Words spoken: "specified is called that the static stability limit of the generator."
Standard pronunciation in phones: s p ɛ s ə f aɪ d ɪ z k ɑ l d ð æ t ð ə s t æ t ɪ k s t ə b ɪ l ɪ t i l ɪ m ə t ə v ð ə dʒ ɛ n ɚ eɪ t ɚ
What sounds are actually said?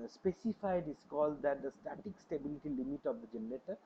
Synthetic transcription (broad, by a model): s p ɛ s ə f aɪ d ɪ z k ɑ l d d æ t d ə s t æ t ɪ k s t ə b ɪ l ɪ t i l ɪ m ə t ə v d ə dʒ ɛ n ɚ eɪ t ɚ